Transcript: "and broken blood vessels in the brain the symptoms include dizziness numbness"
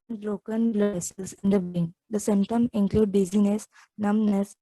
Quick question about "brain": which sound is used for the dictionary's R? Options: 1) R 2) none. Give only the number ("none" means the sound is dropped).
2